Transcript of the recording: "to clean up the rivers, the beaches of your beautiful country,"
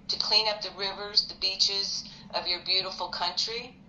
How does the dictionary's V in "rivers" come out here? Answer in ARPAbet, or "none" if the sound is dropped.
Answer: V